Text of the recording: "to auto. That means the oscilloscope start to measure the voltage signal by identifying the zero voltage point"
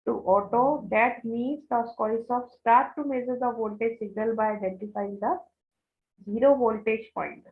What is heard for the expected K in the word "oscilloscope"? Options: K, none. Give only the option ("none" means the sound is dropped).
none